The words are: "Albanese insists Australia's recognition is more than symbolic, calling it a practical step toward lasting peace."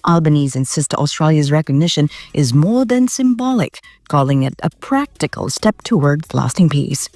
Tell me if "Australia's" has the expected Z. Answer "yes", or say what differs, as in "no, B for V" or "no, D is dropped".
yes